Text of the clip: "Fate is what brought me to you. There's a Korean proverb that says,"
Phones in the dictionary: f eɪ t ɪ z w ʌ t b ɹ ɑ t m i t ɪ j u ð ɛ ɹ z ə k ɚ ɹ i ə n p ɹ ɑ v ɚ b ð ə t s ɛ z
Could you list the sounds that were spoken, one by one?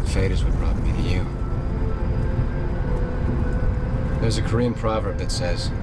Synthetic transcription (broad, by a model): f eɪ t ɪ z w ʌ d ɹ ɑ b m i t ɪ j u ð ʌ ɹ z ə k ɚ ɹ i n p ɹ ɑ v ɚ b ð ə t s ɛ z